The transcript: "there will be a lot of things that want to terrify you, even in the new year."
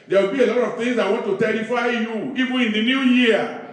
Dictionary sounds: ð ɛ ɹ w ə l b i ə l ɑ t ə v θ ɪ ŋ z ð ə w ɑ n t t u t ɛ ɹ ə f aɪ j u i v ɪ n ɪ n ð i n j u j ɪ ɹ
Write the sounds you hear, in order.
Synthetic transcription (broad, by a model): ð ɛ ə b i ə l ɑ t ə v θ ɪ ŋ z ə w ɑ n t t u t ɛ ɹ ə f aɪ j u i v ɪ ɪ n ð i n j u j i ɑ